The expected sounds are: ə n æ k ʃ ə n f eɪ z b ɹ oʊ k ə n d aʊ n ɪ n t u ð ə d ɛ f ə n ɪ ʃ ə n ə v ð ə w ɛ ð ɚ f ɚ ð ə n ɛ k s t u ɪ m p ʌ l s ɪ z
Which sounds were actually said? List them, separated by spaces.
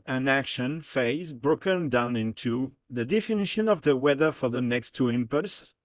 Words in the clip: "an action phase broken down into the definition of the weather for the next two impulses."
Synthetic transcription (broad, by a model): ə n æ k ʃ ə n f eɪ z b ɹ oʊ k ə n d aʊ n ɪ n t u ð ə d ɛ f ə n ɪ ʃ ə n ə v ð ə w ɛ ð ɚ f ɚ ð ə n ɛ k s t u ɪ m p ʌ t s